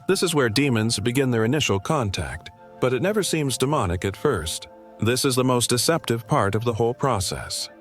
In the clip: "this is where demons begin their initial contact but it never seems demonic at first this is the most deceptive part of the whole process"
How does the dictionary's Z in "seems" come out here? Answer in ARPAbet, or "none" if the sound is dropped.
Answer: Z